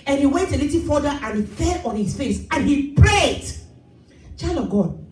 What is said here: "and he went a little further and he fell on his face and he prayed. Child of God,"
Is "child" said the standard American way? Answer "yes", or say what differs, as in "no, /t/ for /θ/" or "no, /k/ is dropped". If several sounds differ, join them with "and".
no, /d/ is dropped